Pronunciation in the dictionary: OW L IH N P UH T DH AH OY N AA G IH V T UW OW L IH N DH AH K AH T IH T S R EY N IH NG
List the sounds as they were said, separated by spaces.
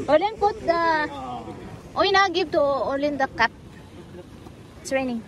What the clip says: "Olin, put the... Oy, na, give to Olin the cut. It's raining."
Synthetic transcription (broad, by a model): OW L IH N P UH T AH OY N AA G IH B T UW OW L IH N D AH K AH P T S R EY N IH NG